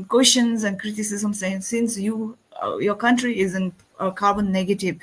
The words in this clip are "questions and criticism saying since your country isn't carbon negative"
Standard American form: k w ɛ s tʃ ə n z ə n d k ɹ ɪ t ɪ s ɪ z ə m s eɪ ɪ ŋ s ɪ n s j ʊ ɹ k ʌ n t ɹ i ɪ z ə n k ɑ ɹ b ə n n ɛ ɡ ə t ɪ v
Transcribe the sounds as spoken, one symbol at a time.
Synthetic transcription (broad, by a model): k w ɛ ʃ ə n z ə n d k ɹ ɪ t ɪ s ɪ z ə m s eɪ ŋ s ɪ n s j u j k ʌ n t ɹ i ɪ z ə n k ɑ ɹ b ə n n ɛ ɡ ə t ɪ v